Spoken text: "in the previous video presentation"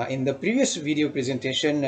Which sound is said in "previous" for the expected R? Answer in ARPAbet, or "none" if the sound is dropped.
R